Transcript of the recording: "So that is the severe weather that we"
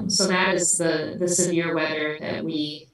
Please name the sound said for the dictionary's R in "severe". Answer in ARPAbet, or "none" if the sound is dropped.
R